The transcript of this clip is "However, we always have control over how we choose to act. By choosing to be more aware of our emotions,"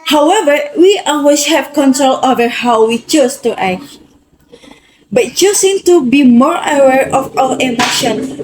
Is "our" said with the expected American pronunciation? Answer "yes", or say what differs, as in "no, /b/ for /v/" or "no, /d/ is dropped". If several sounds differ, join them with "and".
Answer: no, /l/ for /ɹ/